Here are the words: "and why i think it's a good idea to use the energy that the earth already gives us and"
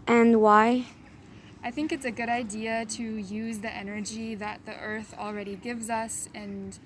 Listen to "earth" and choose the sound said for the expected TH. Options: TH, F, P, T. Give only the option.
TH